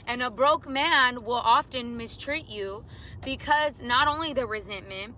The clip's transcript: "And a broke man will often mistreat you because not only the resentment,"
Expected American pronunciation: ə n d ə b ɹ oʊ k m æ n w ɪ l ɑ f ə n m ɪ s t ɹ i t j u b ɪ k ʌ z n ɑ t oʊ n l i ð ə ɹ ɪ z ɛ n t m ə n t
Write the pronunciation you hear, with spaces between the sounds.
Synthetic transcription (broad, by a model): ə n ə b ɹ oʊ k m æ n w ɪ l ɑ f ə n m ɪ s t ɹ i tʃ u b ɪ k ʌ z n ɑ t oʊ n l i ð ə ɹ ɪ z ɛ n m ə n t